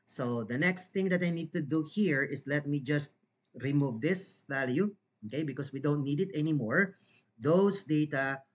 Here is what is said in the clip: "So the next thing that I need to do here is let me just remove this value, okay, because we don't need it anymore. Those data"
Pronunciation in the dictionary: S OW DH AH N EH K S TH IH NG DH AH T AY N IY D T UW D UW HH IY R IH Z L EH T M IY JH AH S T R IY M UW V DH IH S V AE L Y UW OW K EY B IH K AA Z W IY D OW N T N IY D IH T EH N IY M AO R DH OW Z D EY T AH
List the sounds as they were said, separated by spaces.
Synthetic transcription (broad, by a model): S OW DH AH N EH K S T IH NG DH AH T AY N IY D T UW D UW HH IY R IH S L EH T M IY JH AH S T R IY M UW V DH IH S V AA L Y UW OW K EY B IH K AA S W IY D OW N T N IY D IH T EH N IY M AO R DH OW S D EY T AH